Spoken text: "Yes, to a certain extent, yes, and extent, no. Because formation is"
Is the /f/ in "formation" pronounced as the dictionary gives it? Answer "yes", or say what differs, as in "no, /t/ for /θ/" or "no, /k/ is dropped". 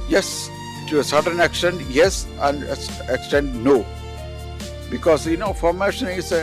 yes